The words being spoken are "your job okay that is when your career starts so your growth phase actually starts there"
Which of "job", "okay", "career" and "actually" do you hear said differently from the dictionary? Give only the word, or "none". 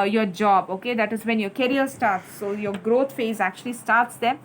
career